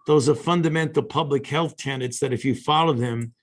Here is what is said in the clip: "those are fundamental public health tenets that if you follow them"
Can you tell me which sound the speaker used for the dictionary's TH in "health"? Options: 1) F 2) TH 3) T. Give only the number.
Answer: 2